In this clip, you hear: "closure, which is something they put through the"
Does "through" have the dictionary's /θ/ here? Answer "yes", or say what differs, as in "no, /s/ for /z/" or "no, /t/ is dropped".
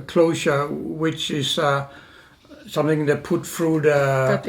no, /f/ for /θ/